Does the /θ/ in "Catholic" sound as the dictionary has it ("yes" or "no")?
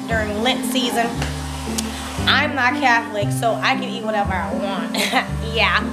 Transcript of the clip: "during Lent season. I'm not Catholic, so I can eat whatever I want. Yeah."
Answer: yes